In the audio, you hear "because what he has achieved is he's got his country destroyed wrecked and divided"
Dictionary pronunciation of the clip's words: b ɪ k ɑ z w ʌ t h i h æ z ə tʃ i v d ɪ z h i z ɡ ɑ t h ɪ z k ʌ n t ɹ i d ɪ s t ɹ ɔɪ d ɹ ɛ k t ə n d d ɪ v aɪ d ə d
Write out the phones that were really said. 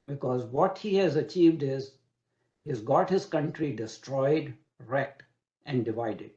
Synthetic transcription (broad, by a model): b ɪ k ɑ z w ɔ t h i h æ z ə tʃ i v d ɪ z h i z ɡ ɑ t h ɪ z k ʌ n t ɹ i d ɪ s t ɹ ɔɪ d ɹ ɛ k t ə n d d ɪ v aɪ d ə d